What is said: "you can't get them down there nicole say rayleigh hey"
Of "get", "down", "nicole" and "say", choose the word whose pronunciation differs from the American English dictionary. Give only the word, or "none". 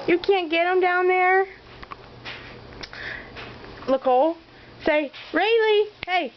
nicole